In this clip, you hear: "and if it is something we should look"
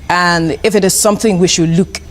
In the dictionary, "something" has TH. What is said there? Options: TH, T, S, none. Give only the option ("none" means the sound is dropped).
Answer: TH